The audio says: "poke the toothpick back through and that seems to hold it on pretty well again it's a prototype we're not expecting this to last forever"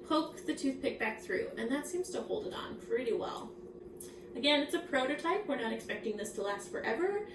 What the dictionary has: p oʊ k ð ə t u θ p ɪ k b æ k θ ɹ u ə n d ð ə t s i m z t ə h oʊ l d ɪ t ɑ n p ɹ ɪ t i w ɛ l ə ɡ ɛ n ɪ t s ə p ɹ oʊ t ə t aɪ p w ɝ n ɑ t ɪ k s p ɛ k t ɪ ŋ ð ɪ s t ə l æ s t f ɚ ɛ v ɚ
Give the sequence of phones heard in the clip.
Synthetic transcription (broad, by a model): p oʊ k ð ə t u θ p ɪ k b æ k θ ɹ u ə n ð ə t s i m z t ə h oʊ l d ɪ t n p ɹ ɪ t i w ɛ l ə ɡ ɛ n ɪ t s ə p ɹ oʊ t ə t aɪ p w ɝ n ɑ t ɪ k s p ɛ k t ɪ ŋ ð ɪ s t ə l æ s t f ɚ ɛ v ɚ